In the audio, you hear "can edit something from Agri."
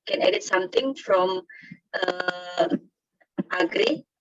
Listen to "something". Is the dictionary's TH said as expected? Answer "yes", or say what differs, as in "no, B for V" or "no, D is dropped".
no, T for TH